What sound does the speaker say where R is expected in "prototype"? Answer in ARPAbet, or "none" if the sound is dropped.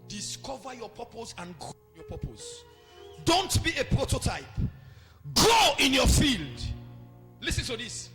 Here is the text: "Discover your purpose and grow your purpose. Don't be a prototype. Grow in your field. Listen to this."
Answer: R